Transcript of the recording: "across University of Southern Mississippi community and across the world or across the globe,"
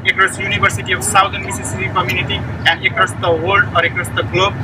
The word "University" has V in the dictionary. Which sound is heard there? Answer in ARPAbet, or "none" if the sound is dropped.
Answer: B